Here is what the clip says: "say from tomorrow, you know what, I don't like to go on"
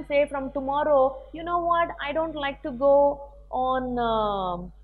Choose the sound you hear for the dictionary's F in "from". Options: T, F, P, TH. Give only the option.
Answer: F